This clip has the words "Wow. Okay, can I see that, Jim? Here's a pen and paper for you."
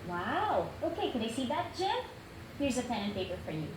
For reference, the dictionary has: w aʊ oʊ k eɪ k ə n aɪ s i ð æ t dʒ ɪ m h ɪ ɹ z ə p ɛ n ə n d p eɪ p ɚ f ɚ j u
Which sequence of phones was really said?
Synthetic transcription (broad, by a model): w aʊ oʊ k eɪ k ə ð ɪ s i ð æ t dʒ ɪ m h ɪ ɹ z ə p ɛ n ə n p eɪ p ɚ f ɚ j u